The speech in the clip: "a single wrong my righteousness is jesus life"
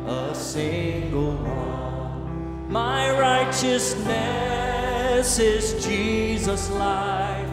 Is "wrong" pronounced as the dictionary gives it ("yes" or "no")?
no